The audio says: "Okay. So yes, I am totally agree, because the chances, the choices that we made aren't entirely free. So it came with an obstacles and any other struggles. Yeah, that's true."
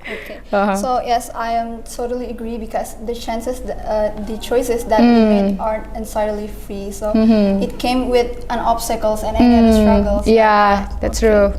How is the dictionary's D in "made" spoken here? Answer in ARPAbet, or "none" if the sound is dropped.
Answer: none